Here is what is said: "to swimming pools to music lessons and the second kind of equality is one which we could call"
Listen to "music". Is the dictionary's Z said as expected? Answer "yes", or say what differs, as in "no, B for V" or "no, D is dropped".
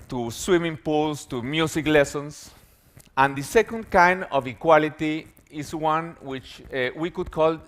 no, S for Z